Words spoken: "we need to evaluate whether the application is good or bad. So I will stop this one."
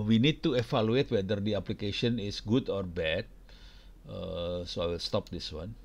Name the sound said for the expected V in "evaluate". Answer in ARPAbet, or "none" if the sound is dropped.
F